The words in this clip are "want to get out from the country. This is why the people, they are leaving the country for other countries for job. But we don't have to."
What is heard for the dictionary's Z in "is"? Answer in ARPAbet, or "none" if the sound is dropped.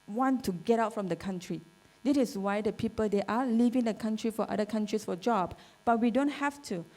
S